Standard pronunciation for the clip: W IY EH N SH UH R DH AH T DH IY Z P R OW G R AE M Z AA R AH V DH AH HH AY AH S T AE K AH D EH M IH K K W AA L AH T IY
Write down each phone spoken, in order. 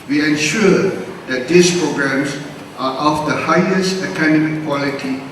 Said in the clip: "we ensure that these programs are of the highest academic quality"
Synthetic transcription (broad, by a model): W IY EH N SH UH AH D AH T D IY S P R OW G R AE M S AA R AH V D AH HH AY AH S T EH K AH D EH M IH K K W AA L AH T IY